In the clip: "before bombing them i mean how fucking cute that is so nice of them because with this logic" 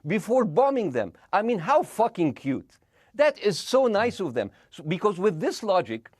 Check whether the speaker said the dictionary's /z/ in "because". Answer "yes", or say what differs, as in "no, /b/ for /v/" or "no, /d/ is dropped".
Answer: yes